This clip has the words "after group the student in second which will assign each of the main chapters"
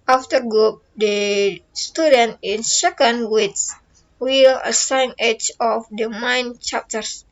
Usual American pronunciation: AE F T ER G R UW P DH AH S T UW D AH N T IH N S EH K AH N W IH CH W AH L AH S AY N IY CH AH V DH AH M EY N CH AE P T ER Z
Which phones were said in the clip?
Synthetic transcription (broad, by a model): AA F T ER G UW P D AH S T UW D AH N T IH N S EH K AH N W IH S W AH L AH S AY N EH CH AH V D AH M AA N CH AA P T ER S